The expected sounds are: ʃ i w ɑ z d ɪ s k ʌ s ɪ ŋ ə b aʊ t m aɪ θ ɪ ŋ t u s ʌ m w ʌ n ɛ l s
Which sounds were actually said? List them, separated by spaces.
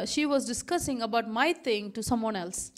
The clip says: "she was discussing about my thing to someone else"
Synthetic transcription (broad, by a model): ʃ i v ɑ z d ɪ s k ʌ s ɪ ŋ ə b aʊ t m aɪ t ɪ ŋ t u s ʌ m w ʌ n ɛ l s